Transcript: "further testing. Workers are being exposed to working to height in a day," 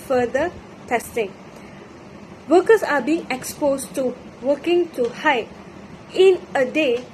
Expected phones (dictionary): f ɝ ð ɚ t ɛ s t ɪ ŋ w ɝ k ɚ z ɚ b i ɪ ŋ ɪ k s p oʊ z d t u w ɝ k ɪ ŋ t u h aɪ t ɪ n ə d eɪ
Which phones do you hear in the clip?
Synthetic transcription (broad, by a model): f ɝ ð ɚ t ɛ s t ɪ ŋ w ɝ k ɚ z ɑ b i ɪ ŋ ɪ k s p oʊ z t u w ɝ k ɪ ŋ t u h aɪ ɪ n ə d eɪ